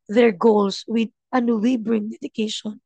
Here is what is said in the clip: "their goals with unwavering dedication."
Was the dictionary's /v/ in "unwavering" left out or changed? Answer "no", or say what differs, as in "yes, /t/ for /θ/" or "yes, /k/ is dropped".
yes, /b/ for /v/